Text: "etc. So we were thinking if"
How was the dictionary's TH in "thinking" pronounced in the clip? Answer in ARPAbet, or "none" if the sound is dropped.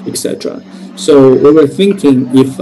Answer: TH